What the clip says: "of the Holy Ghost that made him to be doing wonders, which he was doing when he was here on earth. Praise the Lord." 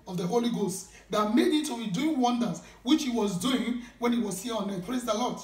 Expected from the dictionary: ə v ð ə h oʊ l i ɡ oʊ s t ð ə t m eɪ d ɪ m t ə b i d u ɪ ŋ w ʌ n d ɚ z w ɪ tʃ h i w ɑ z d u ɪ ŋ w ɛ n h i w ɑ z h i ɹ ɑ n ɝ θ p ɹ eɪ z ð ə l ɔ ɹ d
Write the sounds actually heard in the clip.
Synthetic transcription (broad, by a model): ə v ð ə h oʊ l i ɡ oʊ s t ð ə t m eɪ d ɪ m t ə b i d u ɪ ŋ w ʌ n d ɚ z w ɪ tʃ h i w ɑ z d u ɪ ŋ w ɛ n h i w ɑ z h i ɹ ɑ n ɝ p l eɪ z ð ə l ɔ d